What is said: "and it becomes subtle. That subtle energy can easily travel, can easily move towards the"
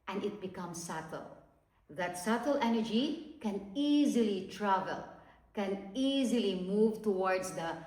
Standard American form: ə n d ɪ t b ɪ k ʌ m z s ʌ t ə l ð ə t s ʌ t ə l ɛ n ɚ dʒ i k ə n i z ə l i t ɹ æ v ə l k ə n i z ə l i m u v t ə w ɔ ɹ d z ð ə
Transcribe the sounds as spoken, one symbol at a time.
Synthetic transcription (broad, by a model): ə n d ɪ t b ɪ k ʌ m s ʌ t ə l ð ə t s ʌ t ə l ɛ n ɚ dʒ i k ə n i z ə l i t ɹ æ v ə l k ə n i z ə l i m u v t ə w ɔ ɹ d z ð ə